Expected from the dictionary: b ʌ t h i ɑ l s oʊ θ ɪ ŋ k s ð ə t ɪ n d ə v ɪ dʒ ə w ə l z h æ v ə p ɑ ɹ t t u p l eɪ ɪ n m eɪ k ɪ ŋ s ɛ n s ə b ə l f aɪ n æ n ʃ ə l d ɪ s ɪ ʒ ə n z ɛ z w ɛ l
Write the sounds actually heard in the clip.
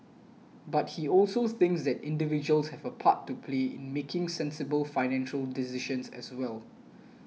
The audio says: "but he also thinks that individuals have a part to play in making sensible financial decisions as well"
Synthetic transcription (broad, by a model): b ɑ t h i ɑ l s oʊ θ ɪ ŋ k s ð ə t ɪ n d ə v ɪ dʒ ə ə l s h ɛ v ə p ɑ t t u p l eɪ ɪ n m eɪ k ɪ ŋ s ɛ n s ə b ə l f aɪ n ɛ n ʃ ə l d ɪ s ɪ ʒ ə n s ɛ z w ɛ l